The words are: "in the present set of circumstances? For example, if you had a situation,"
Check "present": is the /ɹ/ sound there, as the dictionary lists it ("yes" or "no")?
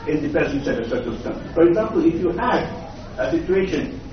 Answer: no